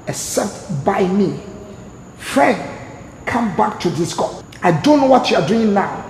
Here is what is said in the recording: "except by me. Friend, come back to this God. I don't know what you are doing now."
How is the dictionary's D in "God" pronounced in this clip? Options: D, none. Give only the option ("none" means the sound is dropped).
none